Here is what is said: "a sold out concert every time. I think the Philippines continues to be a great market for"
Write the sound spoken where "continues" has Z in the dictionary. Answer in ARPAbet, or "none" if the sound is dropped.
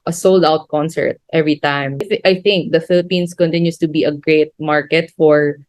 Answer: S